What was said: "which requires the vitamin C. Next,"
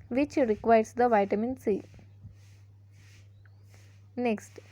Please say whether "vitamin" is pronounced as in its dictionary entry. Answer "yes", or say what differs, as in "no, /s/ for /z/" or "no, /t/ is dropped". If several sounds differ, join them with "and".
yes